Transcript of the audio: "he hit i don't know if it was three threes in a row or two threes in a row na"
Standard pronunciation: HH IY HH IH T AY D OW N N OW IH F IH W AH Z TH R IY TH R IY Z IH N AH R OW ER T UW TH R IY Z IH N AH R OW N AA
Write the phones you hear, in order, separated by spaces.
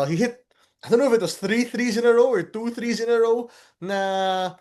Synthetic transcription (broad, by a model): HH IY HH IH T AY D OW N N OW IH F IH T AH S TH R IY TH R IY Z IH N AH R OW ER T UW TH R IY Z IH N AH R OW N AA